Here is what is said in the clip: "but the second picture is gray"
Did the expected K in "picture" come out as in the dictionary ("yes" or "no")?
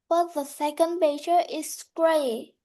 no